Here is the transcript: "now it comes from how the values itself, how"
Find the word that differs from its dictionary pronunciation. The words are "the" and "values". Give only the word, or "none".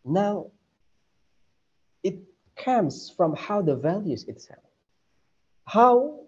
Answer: none